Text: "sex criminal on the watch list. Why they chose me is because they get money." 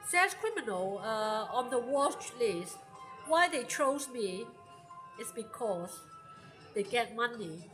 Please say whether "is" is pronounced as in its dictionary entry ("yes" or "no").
no